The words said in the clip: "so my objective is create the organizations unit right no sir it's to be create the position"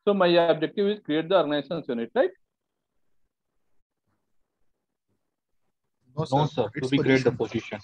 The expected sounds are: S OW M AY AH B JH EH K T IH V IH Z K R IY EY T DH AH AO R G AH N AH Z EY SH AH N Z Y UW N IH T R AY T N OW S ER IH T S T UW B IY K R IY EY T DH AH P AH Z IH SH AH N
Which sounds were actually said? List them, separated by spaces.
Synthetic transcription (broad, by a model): S OW M AY AH B JH EH K T IH V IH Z K R IY EY T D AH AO R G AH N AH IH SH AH N S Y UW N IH T L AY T N OW S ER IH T T UW B IY K R IY EY T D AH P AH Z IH SH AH N